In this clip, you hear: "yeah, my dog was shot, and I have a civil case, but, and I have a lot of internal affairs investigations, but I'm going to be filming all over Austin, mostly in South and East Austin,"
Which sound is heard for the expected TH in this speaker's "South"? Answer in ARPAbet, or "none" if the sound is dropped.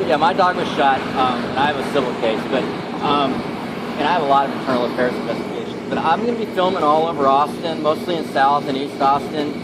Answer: TH